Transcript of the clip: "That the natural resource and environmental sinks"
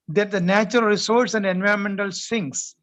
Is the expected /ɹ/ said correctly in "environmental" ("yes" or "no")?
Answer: yes